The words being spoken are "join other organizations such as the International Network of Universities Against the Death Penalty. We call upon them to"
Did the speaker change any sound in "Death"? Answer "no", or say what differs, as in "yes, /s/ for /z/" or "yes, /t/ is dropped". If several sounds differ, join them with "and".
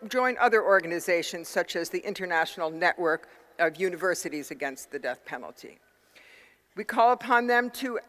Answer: no